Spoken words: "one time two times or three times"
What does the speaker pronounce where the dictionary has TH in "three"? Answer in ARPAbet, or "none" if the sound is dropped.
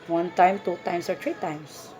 T